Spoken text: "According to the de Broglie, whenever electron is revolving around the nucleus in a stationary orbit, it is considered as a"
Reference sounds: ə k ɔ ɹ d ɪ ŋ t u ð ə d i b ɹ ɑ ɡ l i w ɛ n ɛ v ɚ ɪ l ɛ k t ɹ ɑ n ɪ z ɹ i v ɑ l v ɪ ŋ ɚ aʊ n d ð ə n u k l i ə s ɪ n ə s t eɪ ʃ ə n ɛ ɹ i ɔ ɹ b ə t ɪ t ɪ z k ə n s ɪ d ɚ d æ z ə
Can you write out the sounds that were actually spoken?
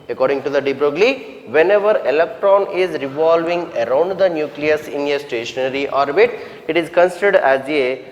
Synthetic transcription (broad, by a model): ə k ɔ ɹ d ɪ ŋ t u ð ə d i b ɹ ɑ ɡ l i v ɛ n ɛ v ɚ ɪ l ɛ k t ɹ ɑ n ɪ z ɹ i v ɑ l v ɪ ŋ ɚ aʊ n d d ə n u k l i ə s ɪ n ə s t eɪ ʃ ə n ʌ ɹ i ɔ ɹ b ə t ɪ t ɪ z k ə n s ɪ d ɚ d æ z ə